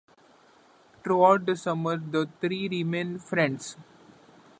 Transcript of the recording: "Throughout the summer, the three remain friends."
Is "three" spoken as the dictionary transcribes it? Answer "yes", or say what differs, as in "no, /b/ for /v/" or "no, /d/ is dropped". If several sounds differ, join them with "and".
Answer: no, /t/ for /θ/